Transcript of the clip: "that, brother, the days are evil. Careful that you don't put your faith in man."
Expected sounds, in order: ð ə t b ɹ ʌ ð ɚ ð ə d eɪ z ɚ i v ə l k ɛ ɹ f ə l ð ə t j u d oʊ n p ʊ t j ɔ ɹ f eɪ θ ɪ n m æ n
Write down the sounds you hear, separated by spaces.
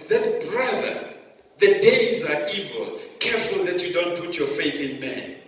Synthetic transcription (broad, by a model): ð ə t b ɹ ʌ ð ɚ ð ə d eɪ z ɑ i v ə l k ɛ ɹ f ə l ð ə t j u d oʊ n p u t j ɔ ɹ f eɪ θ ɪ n m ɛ n